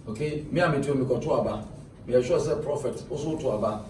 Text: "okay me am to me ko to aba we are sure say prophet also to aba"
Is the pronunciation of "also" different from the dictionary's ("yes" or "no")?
yes